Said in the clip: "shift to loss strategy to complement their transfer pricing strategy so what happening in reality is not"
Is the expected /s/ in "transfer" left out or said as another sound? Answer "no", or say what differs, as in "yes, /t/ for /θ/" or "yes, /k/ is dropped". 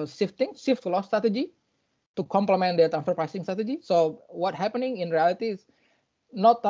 yes, /s/ is dropped